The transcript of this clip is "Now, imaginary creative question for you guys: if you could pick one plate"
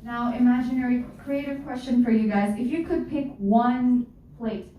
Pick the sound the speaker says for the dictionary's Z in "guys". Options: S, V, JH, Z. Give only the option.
Z